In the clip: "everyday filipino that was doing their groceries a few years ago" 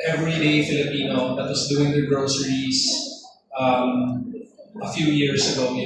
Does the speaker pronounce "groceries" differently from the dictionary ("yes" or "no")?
yes